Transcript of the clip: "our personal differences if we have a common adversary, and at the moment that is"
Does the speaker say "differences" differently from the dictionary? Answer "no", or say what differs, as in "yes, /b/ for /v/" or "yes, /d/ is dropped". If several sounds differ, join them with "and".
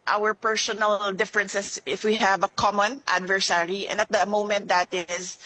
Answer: yes, /s/ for /z/